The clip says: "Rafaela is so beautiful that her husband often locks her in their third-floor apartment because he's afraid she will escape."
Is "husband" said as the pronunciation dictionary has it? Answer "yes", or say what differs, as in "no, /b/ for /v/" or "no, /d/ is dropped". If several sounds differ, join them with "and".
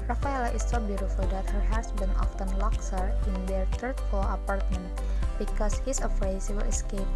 no, /s/ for /z/ and /d/ is dropped